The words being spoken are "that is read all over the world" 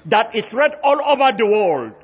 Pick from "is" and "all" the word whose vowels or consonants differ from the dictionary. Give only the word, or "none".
is